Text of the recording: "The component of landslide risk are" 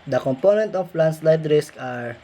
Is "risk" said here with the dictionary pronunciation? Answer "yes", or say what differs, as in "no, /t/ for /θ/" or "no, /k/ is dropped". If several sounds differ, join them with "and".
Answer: yes